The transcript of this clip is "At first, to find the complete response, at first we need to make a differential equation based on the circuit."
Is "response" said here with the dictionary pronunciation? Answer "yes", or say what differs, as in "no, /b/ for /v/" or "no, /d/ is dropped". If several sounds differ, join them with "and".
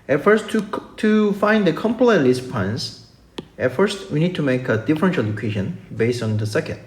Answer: no, /l/ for /ɹ/